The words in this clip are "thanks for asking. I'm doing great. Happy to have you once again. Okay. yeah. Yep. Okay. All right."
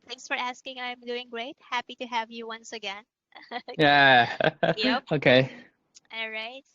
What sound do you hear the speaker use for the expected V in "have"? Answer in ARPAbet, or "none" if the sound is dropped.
V